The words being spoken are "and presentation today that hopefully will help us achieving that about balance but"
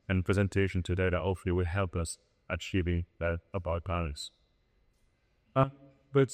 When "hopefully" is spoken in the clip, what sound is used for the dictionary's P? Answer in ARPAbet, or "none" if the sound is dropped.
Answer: none